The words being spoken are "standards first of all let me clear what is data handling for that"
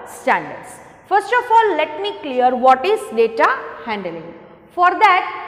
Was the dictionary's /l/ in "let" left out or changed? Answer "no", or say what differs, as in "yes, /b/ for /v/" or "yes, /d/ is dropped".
no